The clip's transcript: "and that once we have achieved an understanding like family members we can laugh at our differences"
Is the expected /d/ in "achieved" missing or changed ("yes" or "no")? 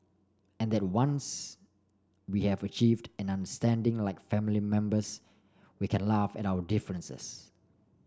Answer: no